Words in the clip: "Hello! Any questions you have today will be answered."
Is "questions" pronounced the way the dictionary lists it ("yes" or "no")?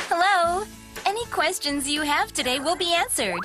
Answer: yes